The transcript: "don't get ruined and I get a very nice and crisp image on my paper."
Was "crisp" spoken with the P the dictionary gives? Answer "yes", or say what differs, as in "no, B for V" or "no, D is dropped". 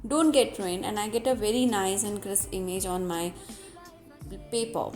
no, P is dropped